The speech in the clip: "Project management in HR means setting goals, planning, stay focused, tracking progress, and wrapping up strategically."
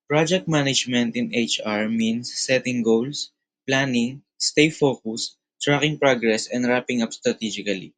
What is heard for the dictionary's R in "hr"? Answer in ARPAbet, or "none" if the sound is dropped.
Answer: R